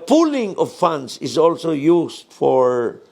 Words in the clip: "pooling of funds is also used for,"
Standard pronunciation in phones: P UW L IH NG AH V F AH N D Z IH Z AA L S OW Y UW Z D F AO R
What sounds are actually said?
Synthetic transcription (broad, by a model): P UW L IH NG AH V F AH N D S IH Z AA L S OW Y UW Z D F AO R